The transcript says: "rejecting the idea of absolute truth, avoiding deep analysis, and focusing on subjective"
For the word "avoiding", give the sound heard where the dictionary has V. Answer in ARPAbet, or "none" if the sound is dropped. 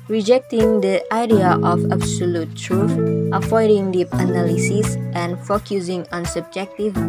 F